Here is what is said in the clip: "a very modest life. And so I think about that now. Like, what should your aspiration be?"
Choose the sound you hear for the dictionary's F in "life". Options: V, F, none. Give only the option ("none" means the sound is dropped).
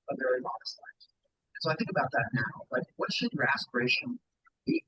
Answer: none